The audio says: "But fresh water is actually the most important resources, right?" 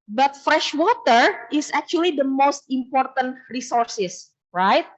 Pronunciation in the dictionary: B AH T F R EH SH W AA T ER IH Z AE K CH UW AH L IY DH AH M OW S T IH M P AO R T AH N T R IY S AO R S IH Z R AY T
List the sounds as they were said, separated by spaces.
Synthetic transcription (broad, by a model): B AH T F R EH SH W AA T ER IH S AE K CH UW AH L IY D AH M OW S T IH M P AO R T AH N T R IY S AO R S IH S R AY T